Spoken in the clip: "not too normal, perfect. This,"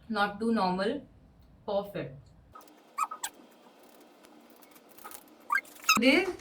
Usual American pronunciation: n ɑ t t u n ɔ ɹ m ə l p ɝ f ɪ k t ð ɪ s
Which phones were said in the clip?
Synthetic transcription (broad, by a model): n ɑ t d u n ɔ ɹ m ə l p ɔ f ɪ t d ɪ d